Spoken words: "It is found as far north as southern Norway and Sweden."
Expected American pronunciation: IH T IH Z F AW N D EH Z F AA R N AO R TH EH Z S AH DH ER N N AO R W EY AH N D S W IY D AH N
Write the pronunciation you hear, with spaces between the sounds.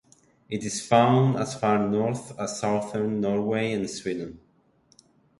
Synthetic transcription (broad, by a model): IH T IH Z F AW N D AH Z F AA R N AO R TH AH S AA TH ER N N AO R W EY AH N S W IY D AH N